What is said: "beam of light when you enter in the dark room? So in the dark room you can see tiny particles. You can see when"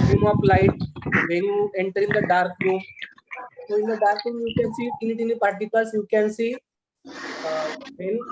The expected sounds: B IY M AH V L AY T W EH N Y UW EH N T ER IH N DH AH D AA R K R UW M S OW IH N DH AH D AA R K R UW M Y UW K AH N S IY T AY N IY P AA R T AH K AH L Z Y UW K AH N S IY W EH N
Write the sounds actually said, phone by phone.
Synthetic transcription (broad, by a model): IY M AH P L AY T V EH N Y UW EH N T ER IH N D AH D AA R K R UW M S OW IH N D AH D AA R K R UW M Y UW K AH N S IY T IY N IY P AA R T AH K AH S Y UW K AH N S IY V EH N